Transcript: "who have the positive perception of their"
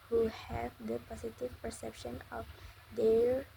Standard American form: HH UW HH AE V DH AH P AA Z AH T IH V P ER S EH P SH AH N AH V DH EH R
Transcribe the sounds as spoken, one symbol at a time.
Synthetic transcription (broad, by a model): HH UW HH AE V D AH P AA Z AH T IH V P ER S EH P SH AH N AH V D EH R